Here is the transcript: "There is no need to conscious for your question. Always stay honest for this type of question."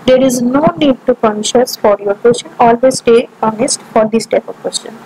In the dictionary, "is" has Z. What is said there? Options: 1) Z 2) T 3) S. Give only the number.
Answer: 1